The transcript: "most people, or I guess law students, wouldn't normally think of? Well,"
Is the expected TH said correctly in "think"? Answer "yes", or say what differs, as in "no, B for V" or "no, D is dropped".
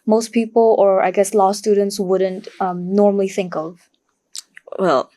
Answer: yes